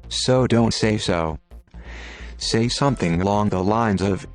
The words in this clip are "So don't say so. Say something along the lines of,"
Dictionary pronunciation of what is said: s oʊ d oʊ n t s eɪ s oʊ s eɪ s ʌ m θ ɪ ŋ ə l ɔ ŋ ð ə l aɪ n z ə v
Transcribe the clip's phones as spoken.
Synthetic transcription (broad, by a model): s oʊ d oʊ n t s eɪ s oʊ s eɪ s ʌ m θ ɪ ŋ ə l ɔ ŋ ð ə l aɪ n z ə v